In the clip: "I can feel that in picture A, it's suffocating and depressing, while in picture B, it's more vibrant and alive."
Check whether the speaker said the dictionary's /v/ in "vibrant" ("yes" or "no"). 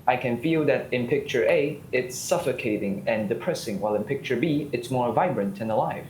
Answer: yes